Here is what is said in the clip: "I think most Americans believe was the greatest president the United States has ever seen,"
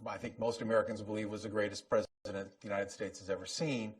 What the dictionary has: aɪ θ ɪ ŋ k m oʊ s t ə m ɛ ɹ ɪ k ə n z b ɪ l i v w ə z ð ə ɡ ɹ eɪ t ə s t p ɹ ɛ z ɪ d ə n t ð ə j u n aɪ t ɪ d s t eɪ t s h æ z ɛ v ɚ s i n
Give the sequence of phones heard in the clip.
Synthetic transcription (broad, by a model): aɪ θ ɪ ŋ k m oʊ s t ə m ɛ ɹ ɪ k ə n z b ɪ l i v w ə z ð ə ɡ ɹ eɪ t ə s p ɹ ɛ z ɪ d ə n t ð ə j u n aɪ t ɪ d s t eɪ t s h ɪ z ɛ v ɚ s i n